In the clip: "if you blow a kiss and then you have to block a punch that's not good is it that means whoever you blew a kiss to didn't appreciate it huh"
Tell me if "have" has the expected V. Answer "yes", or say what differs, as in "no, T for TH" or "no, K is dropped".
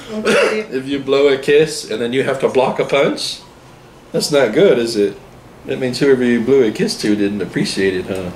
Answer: no, F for V